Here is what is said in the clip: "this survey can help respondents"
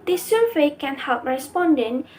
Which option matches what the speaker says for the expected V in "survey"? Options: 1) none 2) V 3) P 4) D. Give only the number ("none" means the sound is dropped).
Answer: 1